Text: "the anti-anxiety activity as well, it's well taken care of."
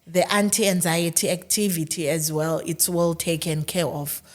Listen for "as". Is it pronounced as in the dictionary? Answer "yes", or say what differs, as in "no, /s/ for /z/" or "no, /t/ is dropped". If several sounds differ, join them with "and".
yes